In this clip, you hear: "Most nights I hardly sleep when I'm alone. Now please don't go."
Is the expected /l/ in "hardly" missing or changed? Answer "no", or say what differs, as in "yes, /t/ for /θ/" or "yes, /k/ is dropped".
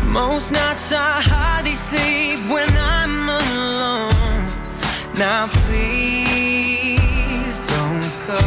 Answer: yes, /l/ is dropped